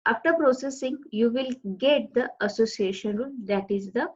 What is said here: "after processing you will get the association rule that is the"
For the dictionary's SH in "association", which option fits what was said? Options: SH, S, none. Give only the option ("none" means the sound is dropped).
SH